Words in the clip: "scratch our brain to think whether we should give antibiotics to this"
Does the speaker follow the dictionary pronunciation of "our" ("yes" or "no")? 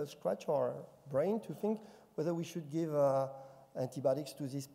yes